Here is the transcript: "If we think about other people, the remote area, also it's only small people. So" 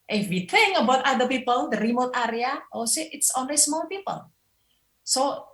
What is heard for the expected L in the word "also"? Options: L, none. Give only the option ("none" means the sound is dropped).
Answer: none